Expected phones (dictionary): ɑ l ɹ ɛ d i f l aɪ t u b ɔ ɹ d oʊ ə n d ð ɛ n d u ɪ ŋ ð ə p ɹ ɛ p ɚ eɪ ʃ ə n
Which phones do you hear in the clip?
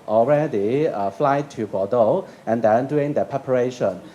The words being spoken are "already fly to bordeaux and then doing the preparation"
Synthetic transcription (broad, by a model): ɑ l ɹ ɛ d i f l aɪ t u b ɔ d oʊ ə n d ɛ n d u ɪ ŋ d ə p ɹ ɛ p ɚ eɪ ʃ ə n